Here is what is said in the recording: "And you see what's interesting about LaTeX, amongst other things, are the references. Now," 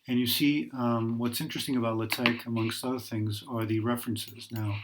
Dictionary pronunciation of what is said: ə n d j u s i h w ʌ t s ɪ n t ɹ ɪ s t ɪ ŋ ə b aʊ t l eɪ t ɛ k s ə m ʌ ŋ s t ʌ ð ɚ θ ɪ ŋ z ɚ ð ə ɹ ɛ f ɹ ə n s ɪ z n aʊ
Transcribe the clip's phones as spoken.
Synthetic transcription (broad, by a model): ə n j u s i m w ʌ t s ɪ n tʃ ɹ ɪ s t ɪ ŋ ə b aʊ t l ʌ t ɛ k ə m ʌ ŋ s t ʌ ð ɚ θ ɪ ŋ z ɚ ð ə ɹ ɛ f ɹ ə n s ɪ z n aʊ